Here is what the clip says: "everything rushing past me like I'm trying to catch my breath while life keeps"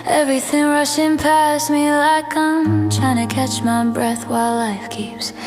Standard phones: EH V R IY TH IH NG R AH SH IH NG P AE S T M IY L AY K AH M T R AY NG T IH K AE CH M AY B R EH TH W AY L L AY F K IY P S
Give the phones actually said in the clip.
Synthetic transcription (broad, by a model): EH V R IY TH IH NG R AH SH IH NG P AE S M IY L AY K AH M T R AY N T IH K AE CH M AY B R EH TH W AY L L AY F K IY P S